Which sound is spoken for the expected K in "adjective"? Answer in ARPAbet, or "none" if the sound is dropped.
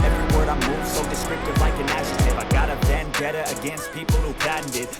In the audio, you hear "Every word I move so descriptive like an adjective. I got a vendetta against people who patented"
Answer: none